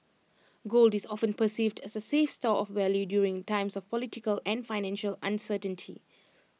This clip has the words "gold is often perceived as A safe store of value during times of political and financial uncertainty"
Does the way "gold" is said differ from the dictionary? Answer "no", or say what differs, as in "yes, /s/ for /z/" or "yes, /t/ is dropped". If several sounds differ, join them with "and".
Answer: no